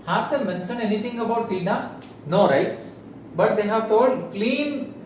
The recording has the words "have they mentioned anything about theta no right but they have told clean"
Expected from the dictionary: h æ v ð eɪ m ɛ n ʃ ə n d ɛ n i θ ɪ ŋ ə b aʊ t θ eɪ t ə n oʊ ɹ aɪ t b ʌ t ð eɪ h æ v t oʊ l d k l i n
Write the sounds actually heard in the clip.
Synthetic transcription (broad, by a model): h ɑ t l m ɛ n s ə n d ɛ n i t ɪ ŋ ə b aʊ t t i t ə n oʊ ɹ aɪ t b ʌ t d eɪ h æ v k oʊ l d k l i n